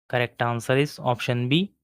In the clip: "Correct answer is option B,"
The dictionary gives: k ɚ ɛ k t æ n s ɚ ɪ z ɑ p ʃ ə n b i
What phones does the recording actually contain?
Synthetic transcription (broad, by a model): k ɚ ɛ k t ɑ n s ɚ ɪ s ɑ p ʃ ə n b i